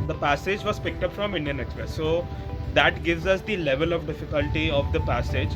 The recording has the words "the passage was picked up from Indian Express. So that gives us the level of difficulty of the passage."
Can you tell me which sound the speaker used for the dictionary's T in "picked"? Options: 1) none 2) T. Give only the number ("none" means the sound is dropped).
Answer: 2